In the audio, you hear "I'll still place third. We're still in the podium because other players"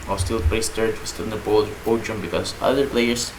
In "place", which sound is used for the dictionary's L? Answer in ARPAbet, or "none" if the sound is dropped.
none